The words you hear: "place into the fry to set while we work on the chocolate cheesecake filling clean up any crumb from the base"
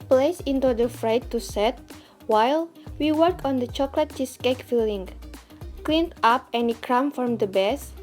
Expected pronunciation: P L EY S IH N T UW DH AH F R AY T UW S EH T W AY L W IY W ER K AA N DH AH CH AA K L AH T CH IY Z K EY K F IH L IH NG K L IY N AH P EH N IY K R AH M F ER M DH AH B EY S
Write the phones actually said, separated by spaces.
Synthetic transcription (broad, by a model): P L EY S IH N T UW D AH F R AY T UW S EH T W AY L W IY W ER K AA N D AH CH AA K L AH T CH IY S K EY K F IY L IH NG K L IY N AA P EH N IY K R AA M F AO M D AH B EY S